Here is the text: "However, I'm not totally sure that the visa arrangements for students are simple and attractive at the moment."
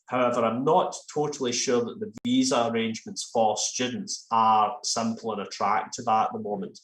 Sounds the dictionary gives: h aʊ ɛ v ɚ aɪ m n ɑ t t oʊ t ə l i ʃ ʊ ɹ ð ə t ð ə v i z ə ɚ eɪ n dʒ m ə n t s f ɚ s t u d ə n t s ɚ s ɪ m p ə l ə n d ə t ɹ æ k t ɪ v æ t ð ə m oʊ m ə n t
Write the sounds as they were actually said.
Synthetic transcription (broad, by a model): h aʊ ɛ v ɚ aɪ m n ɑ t t oʊ t ə l i ʃ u ɹ ð ə t ð ə v i z ə ɚ eɪ n dʒ m ə n t s f ɚ s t u d n t s ɚ s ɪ m p l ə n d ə t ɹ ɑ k t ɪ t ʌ t ð ə m oʊ m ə n t